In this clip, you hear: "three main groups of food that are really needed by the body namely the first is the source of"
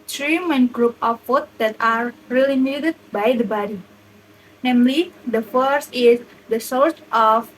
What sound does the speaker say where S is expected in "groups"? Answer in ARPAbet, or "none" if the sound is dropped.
none